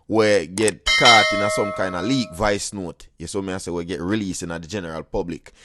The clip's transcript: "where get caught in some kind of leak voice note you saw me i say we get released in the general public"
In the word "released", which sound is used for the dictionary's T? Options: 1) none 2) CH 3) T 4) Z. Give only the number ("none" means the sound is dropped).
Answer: 1